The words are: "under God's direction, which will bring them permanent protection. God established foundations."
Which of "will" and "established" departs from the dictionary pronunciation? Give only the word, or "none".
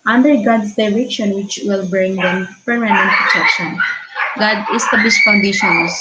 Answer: established